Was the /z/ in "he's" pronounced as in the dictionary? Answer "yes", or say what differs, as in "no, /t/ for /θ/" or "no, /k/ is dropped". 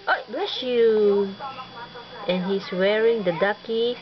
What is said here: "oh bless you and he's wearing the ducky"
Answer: no, /s/ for /z/